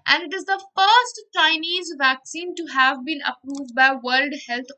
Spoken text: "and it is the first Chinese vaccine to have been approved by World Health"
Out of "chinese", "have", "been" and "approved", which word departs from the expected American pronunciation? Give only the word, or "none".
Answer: none